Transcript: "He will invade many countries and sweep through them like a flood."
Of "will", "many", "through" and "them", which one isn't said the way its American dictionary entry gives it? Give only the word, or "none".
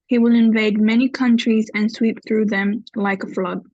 none